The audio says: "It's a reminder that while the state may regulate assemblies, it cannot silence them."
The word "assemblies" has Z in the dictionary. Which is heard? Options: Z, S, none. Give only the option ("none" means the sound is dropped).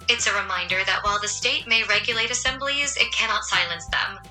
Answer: Z